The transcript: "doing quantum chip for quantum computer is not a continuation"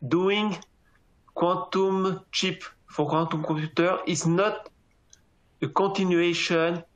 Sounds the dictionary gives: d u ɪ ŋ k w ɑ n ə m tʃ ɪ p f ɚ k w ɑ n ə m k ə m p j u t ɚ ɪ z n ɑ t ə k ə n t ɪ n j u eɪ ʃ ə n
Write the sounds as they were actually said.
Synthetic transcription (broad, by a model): d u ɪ ŋ k w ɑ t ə m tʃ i p f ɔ k w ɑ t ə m k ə p j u t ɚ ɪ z n ɑ t ə k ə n t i n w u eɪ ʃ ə n